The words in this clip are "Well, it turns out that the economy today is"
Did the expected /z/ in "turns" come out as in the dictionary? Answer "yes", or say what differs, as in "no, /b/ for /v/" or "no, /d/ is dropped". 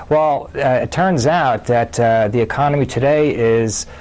yes